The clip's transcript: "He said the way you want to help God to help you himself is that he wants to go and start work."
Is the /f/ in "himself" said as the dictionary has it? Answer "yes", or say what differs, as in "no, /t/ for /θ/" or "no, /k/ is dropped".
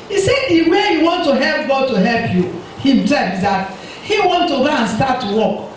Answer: no, /f/ is dropped